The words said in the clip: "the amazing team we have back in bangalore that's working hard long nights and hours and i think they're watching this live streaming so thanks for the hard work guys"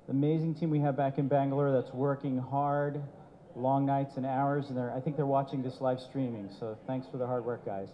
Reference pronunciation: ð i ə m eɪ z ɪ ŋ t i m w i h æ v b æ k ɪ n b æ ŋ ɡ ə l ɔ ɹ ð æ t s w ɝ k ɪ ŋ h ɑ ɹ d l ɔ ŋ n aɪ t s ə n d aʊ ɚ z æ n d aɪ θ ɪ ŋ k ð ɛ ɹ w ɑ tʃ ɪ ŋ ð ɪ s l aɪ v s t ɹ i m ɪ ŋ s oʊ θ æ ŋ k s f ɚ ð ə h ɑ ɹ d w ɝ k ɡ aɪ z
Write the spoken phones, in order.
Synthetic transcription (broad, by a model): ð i ə m eɪ z ɪ ŋ t i m w i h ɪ v b æ k ɪ n b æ ŋ ɡ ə l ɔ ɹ ð æ t s w ɝ k ɪ ŋ h ɑ ɹ d l ɔ ŋ n aɪ t s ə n aʊ ɚ z n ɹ aɪ θ ɪ ŋ k ð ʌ ɹ w ɑ tʃ ɪ ŋ ð ɪ s l aɪ v s t ɹ i m ɪ ŋ s oʊ θ æ ŋ k s f ɚ ð ə h ɑ ɹ d w ɝ k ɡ aɪ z